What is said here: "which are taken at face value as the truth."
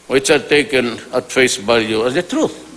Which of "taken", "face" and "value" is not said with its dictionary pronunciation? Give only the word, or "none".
value